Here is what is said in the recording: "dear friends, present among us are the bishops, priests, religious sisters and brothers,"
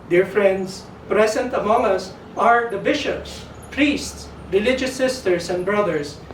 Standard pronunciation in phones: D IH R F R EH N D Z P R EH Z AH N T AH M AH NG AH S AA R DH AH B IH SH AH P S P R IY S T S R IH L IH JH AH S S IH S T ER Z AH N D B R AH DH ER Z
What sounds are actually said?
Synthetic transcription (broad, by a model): D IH R F R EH N D S P R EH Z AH N T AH M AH NG AH S AA R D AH B IH SH AH P S P R IY S T S R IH L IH JH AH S S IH S T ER S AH N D B R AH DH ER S